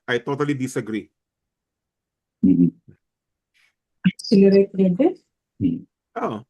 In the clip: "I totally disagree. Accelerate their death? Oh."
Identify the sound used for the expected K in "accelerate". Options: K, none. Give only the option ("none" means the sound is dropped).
none